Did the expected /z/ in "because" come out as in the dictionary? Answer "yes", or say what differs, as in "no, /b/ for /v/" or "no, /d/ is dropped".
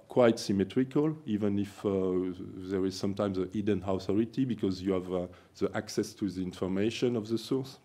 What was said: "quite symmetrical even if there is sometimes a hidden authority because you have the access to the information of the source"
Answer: yes